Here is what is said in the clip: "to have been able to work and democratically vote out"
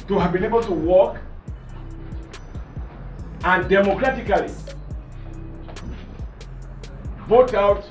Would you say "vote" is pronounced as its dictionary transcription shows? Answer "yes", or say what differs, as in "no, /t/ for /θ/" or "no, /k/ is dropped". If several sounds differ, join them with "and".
no, /b/ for /v/